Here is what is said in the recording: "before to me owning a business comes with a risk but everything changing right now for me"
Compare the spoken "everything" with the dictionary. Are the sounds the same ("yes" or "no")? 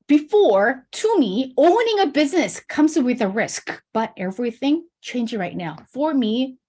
yes